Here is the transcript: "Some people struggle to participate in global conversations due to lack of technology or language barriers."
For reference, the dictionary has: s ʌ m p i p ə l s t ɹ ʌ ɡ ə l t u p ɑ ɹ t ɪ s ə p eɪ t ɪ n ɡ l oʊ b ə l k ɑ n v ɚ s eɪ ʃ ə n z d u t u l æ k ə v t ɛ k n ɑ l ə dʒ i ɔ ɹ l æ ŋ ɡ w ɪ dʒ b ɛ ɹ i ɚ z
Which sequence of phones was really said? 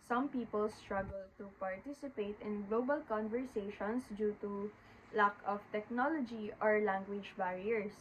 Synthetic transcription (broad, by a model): s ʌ m p i p ə l s t ɹ ʌ ɡ ə l t u p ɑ ɹ t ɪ s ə p eɪ t ɪ n ɡ l oʊ b ə l k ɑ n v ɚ s eɪ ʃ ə n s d u t u l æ k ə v t ɛ k n ɑ l ə dʒ i ɔ ɹ l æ ŋ ɡ w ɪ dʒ b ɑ ɹ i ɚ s